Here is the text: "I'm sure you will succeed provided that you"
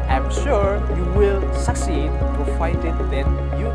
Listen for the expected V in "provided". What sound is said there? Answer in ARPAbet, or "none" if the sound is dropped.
F